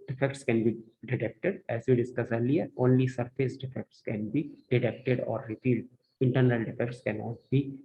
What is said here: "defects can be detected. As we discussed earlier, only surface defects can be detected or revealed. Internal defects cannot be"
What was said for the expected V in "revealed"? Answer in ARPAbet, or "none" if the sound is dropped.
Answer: P